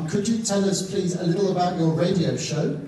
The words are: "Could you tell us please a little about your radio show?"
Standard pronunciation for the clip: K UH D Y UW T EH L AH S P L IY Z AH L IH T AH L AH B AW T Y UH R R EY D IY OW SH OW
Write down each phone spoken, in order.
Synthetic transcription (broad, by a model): K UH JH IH T EH L AH S P L IY Z AH L IH T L AH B AW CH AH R R EY D IY OW SH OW